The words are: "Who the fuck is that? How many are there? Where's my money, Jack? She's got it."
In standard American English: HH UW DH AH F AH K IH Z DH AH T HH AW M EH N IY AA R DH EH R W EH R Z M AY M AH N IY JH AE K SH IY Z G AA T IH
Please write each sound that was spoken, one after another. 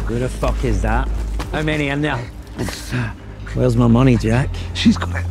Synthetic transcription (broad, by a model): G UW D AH F AH K IH Z DH AH T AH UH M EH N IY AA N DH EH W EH L Z M AY M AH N IY JH AE K SH IY Z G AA IH